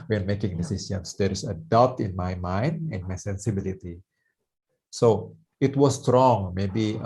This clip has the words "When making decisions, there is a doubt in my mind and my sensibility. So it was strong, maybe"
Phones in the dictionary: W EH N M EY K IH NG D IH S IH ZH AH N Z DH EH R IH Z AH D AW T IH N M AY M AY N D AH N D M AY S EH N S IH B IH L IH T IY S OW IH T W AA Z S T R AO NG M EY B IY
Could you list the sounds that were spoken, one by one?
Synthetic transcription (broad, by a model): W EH N M EY K IH NG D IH S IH S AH N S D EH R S AH D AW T IH N M AY M AY N D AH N M AY S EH N S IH B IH L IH T IY S OW IH T W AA S T R AO NG M EY B IY